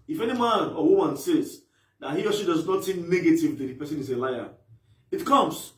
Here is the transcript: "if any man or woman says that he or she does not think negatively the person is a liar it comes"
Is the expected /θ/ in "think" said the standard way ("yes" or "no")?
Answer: no